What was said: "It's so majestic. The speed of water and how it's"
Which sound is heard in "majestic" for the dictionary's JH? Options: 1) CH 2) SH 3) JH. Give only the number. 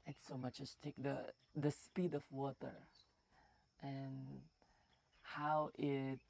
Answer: 1